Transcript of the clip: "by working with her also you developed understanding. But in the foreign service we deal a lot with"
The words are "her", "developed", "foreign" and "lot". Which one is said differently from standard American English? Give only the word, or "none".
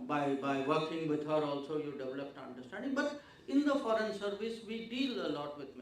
none